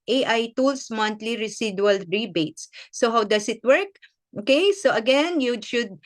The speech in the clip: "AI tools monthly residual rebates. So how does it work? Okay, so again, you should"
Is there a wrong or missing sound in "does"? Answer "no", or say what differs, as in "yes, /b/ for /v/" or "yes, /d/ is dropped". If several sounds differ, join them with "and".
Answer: yes, /s/ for /z/